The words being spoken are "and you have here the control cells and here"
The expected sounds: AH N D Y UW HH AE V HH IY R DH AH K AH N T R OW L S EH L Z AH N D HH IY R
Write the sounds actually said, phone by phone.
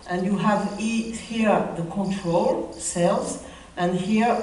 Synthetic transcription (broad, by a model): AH N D Y UW HH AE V HH IY R DH AH K AH N T R OW L S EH L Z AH N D HH IY R